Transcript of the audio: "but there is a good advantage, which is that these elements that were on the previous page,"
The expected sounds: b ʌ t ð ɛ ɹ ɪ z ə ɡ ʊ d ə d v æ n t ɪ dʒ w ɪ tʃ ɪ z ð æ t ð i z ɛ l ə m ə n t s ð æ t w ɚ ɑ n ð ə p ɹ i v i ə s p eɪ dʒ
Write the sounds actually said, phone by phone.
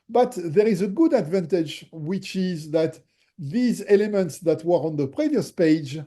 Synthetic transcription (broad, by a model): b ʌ t ð ɛ ɹ ɪ z ə ɡ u d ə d v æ n t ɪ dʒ w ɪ tʃ ɪ z ð æ t ð i z ɛ l ə m ə n t s ð æ t w ɚ ɑ n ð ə p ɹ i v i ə s p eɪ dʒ